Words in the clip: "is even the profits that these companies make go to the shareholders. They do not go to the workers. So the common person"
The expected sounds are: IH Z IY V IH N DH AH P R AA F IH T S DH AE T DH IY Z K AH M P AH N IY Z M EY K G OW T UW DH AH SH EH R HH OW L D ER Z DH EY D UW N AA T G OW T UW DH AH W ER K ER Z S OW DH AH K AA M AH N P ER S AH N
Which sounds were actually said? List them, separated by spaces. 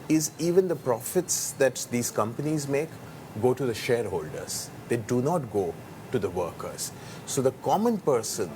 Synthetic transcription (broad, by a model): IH Z IY V IH N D AH P R AA F IH T S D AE T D IY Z K AH M P AH N IY Z M EY K G OW T UW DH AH SH EH R HH OW L D ER Z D EY D UW N AA T G OW T UW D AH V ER K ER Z S OW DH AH K AA M AH N P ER S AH N